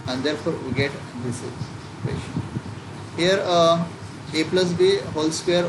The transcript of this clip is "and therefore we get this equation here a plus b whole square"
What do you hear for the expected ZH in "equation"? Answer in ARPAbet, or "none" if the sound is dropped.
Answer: SH